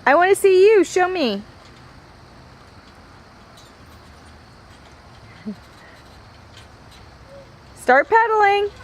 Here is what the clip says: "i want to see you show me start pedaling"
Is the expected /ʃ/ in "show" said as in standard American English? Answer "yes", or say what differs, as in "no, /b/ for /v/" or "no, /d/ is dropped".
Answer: yes